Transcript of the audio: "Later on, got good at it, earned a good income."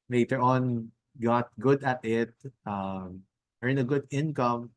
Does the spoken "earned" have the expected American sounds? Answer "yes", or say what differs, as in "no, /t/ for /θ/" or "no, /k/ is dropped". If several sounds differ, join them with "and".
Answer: no, /d/ is dropped